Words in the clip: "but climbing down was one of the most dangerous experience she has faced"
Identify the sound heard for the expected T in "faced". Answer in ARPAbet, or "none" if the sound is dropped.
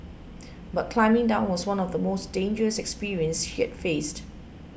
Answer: T